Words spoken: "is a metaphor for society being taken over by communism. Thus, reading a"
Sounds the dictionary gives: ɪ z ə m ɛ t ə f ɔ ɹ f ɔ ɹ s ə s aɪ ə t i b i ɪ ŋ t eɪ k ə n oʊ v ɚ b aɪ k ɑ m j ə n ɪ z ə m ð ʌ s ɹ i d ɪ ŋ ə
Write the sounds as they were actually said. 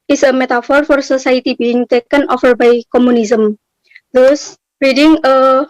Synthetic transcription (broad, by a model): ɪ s ə m ɛ t ə f ɔ ɹ f ɔ ɹ s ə s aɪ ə t i b i ɪ ŋ t eɪ k ə n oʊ f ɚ b aɪ k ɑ m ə n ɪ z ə m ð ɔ s ɹ i d ɪ ŋ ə